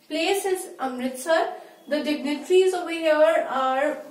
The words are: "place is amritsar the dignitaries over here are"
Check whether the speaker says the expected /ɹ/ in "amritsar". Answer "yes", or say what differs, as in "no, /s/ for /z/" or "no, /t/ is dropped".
yes